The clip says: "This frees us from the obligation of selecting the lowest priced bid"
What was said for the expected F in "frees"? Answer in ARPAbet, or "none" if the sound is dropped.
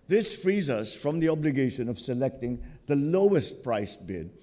F